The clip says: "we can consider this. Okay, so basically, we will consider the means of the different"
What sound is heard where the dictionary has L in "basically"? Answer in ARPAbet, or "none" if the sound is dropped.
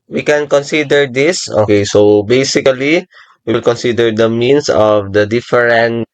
none